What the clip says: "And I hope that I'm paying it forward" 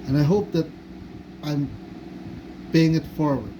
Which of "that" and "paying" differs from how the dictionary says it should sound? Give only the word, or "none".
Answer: paying